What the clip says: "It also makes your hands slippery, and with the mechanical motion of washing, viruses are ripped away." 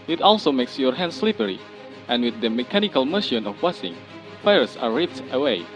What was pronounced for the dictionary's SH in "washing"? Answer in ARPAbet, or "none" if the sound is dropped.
S